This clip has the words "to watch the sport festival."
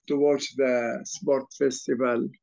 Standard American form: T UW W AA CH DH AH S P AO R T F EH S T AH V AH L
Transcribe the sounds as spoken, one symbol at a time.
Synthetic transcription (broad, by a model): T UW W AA S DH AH S P AO R T F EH S T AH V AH L